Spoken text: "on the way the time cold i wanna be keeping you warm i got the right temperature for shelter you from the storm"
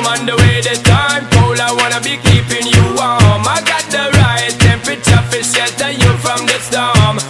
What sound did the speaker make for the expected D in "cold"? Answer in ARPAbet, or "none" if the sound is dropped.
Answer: none